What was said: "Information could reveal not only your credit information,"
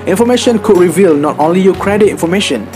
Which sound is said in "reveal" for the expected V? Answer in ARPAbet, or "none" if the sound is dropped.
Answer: V